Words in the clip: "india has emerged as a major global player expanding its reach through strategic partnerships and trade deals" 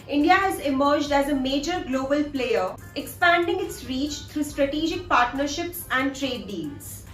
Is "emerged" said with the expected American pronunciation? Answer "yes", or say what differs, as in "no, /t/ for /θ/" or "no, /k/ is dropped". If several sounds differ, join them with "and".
yes